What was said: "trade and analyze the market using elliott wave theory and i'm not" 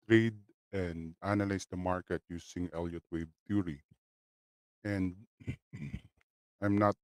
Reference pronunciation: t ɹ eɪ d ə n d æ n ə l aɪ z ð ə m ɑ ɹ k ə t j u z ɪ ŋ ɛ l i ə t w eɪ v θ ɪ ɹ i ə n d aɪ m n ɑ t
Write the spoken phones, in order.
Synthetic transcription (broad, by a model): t ɹ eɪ d ə n d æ n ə l aɪ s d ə m ɑ ɹ k ə t j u s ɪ ŋ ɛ l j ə t w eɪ b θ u ɹ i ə n d aɪ m n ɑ t